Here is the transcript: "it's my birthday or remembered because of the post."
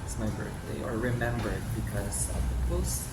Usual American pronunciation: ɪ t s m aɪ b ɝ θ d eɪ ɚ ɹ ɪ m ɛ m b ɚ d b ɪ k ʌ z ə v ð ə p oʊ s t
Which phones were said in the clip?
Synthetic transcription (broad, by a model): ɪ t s m aɪ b ɝ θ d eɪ ɚ ɹ ɪ m ɛ m b ɚ d b ɪ k ʌ z ə v ð ə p oʊ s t